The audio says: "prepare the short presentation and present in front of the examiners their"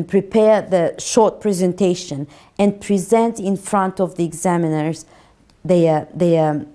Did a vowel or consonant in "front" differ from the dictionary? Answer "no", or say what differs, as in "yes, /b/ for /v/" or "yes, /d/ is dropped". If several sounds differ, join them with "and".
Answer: no